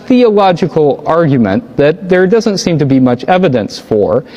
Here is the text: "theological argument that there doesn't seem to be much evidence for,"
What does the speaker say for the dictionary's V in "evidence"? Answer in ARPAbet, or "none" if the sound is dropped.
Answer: V